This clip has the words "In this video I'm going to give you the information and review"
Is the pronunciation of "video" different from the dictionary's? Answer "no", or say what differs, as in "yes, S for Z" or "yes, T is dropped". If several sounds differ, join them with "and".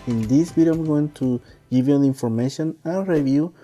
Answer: yes, B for V